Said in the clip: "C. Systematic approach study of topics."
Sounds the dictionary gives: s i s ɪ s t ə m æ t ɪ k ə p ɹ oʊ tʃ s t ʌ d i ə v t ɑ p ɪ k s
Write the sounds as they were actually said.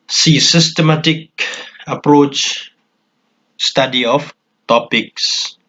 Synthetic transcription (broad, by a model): s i s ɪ s t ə m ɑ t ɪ k ə p ɹ oʊ tʃ s t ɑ d i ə f t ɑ p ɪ k s